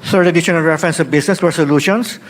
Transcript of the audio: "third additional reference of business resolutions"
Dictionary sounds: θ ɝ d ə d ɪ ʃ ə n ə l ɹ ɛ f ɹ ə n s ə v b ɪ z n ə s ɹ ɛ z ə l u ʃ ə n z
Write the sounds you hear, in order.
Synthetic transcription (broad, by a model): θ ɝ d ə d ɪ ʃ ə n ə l ɹ ɛ f ɹ ə n s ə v b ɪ s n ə s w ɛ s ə l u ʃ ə n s